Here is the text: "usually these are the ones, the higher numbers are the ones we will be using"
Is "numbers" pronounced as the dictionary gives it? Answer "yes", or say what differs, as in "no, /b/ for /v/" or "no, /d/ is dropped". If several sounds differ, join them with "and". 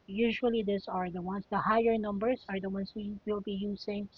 no, /s/ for /z/